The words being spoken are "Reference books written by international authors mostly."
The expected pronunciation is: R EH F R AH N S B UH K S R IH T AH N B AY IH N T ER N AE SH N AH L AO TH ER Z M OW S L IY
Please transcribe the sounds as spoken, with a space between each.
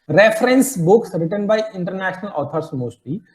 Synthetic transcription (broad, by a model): R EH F R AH N S B UH K S R IH T AH N B AY IH N T ER N AE SH N AH L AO T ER S M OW S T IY